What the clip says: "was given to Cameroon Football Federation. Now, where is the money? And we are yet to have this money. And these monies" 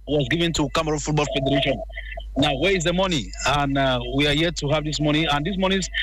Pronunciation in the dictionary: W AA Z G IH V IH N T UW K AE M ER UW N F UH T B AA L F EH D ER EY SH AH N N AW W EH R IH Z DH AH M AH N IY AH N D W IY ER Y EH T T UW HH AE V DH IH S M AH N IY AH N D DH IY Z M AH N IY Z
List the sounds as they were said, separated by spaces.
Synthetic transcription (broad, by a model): W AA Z G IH V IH N T UW K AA M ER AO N F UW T B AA L F EH D ER EY SH AH N N AW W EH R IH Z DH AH M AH N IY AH N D W IY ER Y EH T T UW HH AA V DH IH S M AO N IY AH N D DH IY S M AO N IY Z